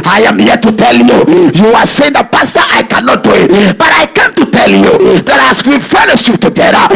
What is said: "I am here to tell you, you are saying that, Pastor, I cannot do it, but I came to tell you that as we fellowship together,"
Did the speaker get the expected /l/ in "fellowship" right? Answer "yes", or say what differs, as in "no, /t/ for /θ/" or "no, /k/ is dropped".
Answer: no, /n/ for /l/